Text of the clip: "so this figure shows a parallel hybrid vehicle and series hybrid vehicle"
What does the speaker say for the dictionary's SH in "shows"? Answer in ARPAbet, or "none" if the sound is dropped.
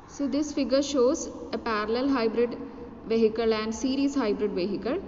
SH